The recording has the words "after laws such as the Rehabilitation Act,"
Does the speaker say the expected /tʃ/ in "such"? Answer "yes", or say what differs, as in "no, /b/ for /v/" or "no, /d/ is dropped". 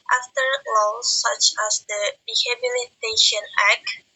yes